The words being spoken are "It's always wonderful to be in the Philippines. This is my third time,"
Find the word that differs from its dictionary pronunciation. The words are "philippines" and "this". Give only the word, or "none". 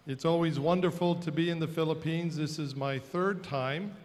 none